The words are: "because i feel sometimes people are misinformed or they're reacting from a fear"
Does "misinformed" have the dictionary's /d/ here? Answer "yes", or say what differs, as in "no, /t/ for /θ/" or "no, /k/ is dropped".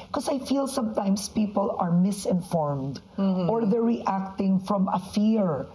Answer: yes